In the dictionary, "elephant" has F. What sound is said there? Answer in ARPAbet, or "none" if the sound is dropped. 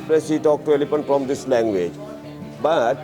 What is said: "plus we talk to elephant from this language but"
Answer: P